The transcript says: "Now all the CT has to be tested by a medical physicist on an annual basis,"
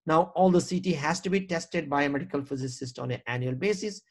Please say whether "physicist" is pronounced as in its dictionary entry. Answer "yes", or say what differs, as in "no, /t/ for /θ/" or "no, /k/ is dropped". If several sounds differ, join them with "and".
yes